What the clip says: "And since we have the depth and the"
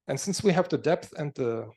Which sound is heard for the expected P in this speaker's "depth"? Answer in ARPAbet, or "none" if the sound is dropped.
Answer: P